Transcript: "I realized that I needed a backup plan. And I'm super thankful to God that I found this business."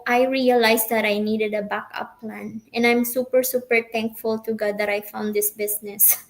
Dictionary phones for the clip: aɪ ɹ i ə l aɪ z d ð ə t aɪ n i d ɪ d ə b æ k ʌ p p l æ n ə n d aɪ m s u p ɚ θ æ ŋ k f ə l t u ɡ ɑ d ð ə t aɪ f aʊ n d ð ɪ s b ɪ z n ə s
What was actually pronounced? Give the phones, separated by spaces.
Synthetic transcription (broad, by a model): aɪ ɹ i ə l aɪ s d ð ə t aɪ n i d ɪ d ə b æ k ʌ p p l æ n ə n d aɪ m s u p ɚ s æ ŋ k f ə l t u ɡ ɑ d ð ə t aɪ f aʊ n d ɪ s b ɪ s n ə s